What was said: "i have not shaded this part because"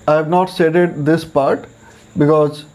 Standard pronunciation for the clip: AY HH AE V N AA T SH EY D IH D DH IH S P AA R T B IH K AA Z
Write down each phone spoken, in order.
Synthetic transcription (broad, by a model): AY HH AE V N AA T S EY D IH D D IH S P AA R T B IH K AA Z